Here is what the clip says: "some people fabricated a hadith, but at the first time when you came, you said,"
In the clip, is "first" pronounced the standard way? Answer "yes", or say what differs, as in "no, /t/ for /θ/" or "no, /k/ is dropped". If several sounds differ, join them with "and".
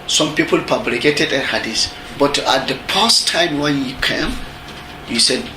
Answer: no, /p/ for /f/